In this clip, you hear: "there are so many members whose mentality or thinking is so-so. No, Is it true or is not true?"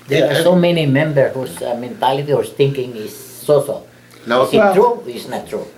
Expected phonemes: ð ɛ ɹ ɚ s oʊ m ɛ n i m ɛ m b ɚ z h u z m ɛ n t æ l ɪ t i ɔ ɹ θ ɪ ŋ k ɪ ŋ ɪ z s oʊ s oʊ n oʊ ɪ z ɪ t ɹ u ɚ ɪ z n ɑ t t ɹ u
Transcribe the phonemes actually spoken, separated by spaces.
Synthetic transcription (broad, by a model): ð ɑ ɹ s oʊ m ɛ n i m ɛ m b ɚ h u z m ɛ n t æ l ɪ t i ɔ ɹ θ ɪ ŋ k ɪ ŋ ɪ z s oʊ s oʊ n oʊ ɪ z ɪ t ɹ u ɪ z n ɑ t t ɹ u